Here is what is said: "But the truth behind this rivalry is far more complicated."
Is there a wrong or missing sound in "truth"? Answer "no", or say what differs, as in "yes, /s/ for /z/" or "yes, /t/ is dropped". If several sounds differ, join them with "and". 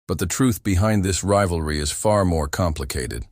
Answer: no